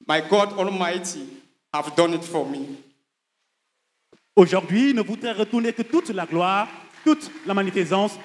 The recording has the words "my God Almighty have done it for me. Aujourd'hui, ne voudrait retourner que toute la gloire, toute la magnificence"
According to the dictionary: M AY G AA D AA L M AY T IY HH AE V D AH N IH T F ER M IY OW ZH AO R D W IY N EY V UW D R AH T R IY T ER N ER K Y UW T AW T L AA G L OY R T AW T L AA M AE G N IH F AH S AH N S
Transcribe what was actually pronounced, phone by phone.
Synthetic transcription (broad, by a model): M AY G AA D AA L M AY T IY HH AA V D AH N IH T F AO M IY OW ZH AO R D W IY N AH V UW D R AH T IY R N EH K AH T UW T L AA G L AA R T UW T L AA M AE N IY F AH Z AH S